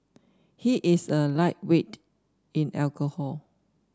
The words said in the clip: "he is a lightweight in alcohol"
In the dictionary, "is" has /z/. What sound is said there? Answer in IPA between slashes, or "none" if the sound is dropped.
/s/